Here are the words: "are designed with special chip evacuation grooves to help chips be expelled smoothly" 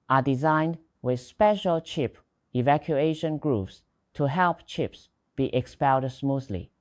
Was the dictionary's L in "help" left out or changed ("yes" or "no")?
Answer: no